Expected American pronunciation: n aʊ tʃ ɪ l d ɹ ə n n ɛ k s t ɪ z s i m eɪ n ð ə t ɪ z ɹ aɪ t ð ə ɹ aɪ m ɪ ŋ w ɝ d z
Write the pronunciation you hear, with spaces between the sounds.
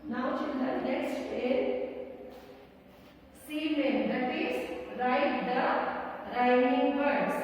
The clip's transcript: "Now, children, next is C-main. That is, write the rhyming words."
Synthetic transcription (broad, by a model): n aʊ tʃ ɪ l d ə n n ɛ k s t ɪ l s i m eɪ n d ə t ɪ s ɹ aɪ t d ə ɹ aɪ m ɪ ŋ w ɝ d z